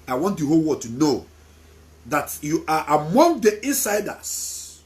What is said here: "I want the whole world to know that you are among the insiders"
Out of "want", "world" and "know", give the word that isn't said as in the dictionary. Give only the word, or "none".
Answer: world